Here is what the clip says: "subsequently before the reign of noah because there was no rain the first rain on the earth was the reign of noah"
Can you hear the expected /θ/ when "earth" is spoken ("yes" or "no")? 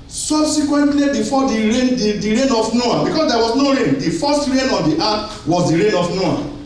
no